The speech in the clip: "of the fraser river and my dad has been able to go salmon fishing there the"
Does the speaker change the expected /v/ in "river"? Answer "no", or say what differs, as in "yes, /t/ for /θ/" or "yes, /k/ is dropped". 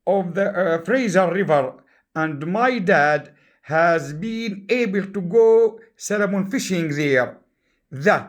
no